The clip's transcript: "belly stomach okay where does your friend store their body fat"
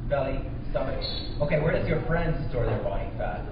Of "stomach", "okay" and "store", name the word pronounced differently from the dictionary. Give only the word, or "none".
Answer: stomach